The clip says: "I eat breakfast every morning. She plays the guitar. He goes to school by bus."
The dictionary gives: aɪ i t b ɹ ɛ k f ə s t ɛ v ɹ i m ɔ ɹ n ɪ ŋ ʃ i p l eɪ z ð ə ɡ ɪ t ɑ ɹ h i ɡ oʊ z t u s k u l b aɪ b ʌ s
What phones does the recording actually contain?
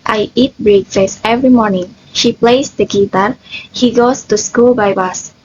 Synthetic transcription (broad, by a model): aɪ i t b ɹ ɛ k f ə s ɛ v ɹ i m ɔ ɹ n ɪ ŋ ʃ i p l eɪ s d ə ɡ ɪ t ɑ ɹ h i ɡ oʊ s t u s k u l b aɪ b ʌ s